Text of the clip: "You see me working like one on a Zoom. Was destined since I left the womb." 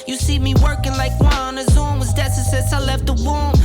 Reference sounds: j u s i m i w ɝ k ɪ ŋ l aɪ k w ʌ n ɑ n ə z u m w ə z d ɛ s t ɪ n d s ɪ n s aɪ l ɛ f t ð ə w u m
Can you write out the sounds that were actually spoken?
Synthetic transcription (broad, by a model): j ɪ s i m i w ɝ k ɪ ŋ l aɪ k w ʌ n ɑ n ə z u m w ə z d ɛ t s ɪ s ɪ s aɪ l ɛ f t ð ə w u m